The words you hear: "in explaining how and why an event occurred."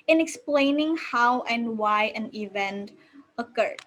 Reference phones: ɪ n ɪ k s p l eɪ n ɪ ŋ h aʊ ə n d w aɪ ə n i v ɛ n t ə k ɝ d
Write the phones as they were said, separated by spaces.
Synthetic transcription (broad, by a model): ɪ n ɪ k s p l eɪ n ɪ ŋ h aʊ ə n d w aɪ ə n i v ɛ n t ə k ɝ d